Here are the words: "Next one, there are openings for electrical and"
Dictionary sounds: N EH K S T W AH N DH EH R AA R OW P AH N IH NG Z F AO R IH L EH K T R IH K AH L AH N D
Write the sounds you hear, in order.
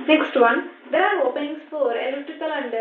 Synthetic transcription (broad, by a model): N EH K S T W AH N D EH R AA R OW P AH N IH NG S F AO R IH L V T IH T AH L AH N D